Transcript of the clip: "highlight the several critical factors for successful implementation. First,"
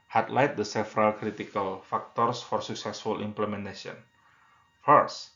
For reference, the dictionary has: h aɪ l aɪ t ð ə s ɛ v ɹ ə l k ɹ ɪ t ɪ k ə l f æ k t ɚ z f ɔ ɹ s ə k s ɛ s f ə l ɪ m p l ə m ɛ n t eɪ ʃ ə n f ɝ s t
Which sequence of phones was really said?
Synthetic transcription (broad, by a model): h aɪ l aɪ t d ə s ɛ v ɹ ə l k ɹ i t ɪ k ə l f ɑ k t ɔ s f ɔ ɹ s ə k s ɛ s f ə l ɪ m p l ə m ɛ n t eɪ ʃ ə n f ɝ s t